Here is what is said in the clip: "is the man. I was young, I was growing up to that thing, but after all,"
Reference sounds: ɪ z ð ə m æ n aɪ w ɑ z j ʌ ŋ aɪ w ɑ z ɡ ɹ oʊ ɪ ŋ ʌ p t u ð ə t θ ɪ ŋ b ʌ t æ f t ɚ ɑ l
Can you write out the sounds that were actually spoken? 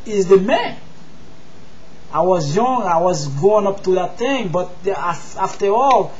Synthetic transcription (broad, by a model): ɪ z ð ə m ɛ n aɪ w ɑ z j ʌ ŋ aɪ w ɑ z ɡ oʊ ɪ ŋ ʌ p t u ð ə t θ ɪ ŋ b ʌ t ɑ f t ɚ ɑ l